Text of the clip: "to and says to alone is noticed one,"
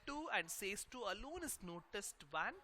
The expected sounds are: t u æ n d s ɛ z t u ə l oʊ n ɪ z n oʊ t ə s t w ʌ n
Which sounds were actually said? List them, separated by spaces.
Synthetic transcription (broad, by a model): t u æ n d s ɛ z t u ə l oʊ n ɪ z n oʊ t ə s t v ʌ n